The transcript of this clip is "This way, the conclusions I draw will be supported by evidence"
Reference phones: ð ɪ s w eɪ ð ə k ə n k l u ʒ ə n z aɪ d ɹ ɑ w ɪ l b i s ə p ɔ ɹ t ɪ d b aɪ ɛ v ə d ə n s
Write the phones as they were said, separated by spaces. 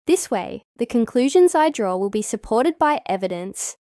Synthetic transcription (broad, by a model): ð ɪ s w eɪ ð ə k ə n k l u ʒ ə n z aɪ d ɹ ɑ w ɪ l b i s ə p ɔ ɹ t ɪ d b aɪ ɛ v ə d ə n s